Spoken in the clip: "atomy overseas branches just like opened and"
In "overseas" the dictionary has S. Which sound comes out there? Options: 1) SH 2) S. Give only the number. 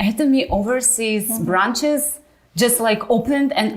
2